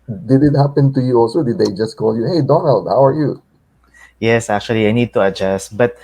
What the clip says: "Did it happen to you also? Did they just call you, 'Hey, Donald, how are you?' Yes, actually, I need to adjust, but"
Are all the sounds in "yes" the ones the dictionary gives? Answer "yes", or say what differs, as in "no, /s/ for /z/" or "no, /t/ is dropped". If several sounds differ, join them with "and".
yes